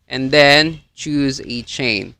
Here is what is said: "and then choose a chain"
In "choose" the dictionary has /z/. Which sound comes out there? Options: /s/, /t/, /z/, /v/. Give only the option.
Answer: /z/